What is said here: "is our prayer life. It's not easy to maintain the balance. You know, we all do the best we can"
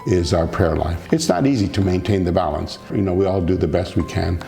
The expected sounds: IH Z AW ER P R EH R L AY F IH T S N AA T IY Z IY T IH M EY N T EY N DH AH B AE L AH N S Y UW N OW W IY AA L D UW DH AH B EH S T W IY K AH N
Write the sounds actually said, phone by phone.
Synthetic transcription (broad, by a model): IH Z AW ER P R EH R L AY F IH T S N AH T IY Z IY T IH M EY N T EY N DH AH B AE L AH N S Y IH N OW W IY AA L D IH DH AH B EH S T W IY K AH N